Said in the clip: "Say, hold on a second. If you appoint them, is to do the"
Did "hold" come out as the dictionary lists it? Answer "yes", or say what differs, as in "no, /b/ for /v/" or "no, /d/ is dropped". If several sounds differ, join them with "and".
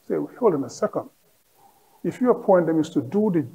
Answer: yes